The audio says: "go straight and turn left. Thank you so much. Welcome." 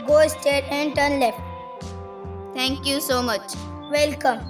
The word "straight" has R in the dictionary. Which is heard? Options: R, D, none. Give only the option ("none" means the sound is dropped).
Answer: none